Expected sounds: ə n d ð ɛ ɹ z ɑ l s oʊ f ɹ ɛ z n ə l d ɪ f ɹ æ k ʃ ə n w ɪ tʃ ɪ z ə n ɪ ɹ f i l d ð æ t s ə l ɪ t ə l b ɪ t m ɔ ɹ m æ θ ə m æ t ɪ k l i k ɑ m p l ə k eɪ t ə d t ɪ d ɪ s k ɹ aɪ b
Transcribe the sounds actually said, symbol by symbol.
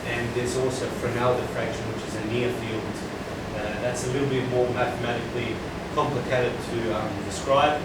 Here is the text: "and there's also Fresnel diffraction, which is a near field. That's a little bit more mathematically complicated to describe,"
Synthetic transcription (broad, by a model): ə n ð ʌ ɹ z ɑ l s oʊ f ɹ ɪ n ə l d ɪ f ɹ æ k ʃ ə n w ɪ tʃ ɪ z ə n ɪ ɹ f i l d ð æ t s ə l ɪ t l b ɪ t m ɔ ɹ m æ θ ə m æ t ɪ k l i k ɑ m p l ə k eɪ t ə d t ɪ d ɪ s k ɹ aɪ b